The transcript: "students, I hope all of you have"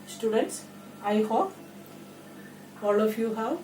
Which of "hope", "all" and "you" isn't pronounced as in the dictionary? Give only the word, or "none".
hope